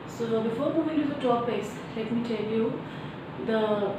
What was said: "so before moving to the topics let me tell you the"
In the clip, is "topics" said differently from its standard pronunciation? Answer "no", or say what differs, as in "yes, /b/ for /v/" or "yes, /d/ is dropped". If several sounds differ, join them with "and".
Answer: yes, /k/ is dropped